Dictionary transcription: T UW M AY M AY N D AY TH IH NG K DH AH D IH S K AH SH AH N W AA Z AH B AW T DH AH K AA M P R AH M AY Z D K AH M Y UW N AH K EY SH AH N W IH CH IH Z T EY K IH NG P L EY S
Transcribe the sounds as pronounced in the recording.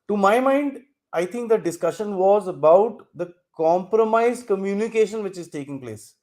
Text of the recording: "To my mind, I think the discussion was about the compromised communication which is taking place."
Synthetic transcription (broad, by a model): T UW M AY M AY N D AY T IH NG K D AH D IH S K AH SH AH N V AA Z AH B AW T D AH K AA M P R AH M AY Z K AH M Y UW N AH K EY SH AH N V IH CH IH Z T EY K IH NG P L EY S